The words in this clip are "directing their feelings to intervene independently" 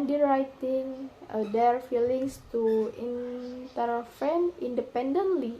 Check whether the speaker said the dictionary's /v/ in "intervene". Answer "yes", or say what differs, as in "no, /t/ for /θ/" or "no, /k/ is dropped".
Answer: no, /f/ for /v/